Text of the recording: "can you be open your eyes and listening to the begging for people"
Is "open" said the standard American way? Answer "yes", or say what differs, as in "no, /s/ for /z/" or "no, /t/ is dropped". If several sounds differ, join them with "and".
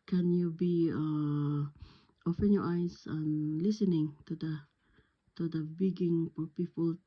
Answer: no, /f/ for /p/